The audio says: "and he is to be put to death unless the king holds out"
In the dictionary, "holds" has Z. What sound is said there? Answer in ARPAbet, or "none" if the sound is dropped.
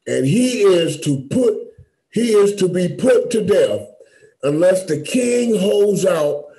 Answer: Z